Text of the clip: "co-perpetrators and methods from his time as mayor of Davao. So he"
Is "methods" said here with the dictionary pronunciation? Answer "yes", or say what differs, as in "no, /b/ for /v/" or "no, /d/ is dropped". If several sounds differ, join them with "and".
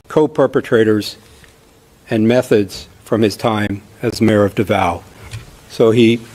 yes